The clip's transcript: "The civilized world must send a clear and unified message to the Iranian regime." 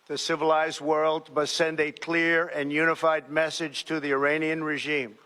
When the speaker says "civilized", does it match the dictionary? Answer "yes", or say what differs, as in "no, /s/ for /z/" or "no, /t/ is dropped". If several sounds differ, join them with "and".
yes